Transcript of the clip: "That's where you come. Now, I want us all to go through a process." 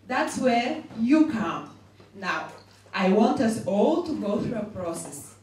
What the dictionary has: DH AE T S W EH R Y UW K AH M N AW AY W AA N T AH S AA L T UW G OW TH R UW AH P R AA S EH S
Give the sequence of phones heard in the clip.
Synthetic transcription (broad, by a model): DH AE T S W EH R Y UW K AH M N AW AY W AA N T AH S AA L T UW G OW TH R UW AH P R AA S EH S